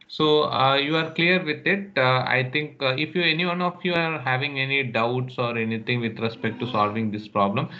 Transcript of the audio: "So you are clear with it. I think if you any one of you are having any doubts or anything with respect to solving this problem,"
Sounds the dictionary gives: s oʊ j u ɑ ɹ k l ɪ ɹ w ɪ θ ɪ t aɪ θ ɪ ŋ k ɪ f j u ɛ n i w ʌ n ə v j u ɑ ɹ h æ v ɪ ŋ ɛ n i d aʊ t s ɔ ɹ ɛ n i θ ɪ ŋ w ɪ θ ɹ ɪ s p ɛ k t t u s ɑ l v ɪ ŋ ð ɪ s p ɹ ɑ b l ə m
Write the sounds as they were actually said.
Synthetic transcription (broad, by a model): s oʊ j u ɑ ɹ k l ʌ ɹ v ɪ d ɪ t aɪ t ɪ ŋ k ɪ f j u ɛ n i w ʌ n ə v j u ɑ ɹ h æ v ɪ ŋ ɛ n i d aʊ t s ɔ ɹ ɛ n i t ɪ ŋ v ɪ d ɹ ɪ s p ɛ k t t u s ɑ l v ɪ ŋ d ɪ s p ɹ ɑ b l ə m